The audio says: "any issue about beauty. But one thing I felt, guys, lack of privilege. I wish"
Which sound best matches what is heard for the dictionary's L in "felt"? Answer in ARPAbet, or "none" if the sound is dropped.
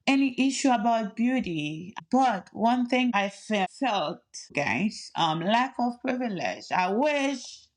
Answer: L